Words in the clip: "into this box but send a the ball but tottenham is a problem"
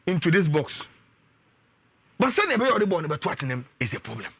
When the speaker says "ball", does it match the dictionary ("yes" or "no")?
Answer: no